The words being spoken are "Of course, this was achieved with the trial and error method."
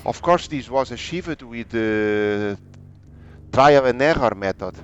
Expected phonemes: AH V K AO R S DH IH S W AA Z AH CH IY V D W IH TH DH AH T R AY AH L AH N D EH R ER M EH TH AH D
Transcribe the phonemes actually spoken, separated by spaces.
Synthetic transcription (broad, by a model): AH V K AO R S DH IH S W AA Z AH SH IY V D W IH DH AH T R AY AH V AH N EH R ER M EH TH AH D